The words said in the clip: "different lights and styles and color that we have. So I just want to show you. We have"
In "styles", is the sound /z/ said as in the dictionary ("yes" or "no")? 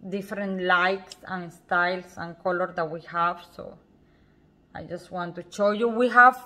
no